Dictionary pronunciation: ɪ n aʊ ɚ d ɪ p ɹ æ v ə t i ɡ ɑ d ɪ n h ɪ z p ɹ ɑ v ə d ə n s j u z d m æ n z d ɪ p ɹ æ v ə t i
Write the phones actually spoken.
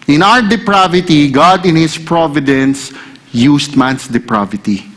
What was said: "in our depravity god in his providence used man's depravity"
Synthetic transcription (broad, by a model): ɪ n aʊ ɚ d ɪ p ɹ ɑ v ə t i ɡ ɑ d ɪ n h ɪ s p ɹ ɑ v ə d ə n s j u s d m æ n s d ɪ p ɹ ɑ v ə t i